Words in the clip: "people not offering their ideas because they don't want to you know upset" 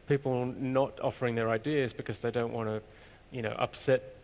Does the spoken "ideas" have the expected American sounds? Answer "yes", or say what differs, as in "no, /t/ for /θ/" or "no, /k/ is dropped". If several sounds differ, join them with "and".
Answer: yes